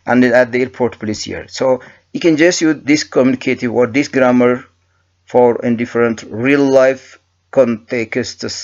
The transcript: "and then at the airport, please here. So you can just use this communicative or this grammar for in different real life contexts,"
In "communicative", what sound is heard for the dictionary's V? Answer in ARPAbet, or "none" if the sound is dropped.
W